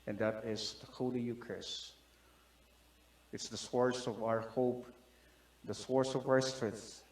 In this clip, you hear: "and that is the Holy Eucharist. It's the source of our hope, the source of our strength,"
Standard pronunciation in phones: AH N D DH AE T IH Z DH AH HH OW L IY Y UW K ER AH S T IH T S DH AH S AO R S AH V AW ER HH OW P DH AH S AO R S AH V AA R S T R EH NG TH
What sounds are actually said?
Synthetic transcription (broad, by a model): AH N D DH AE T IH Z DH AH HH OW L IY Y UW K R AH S IH T S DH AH S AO R S AH V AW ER HH OW P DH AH S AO R S AH V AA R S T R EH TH